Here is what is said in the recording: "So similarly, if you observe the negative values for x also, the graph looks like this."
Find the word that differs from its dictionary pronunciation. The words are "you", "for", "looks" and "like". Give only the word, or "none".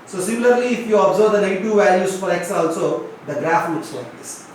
looks